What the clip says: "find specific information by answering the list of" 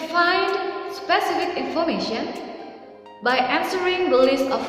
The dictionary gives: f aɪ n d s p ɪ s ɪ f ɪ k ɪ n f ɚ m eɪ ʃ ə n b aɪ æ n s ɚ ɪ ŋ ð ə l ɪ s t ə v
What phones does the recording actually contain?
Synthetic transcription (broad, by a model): f aɪ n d s p ɪ s ɪ f ɪ k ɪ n f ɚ m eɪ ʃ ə n b aɪ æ n s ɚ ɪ ŋ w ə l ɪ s ə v